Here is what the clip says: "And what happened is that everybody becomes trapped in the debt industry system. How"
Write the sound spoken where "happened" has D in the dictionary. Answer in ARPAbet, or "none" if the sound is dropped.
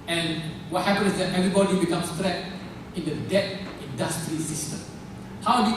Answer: none